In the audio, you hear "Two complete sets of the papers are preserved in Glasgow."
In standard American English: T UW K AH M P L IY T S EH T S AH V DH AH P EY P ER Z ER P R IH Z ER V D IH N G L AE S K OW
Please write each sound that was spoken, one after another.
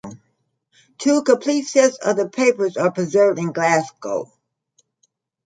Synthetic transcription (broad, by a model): T UW K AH P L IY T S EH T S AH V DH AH P EY P ER Z ER P R IH Z ER V D IH N G L AE S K OW